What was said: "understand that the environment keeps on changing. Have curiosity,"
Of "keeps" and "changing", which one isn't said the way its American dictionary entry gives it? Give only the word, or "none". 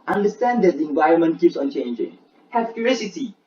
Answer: none